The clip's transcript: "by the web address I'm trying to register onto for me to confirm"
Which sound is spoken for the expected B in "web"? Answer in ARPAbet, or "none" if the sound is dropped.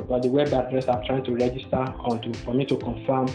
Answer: B